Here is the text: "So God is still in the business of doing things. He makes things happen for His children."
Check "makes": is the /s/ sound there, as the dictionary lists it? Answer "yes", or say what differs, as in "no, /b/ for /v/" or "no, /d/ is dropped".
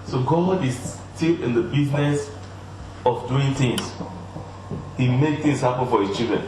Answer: no, /s/ is dropped